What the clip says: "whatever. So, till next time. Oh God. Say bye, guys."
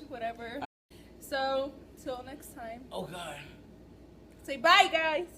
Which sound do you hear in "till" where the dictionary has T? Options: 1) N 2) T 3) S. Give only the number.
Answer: 2